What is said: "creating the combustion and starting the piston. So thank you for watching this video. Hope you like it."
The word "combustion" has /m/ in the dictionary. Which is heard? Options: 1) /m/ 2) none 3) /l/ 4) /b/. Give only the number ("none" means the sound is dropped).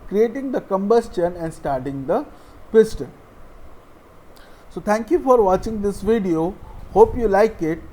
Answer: 1